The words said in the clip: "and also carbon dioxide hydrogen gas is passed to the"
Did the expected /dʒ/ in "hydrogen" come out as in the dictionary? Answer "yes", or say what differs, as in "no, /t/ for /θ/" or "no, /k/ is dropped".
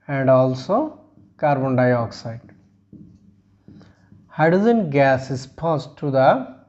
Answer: no, /z/ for /dʒ/